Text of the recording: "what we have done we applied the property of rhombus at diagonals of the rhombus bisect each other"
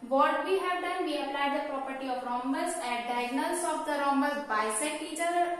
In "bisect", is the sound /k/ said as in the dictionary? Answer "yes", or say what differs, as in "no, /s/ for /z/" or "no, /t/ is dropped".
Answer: no, /k/ is dropped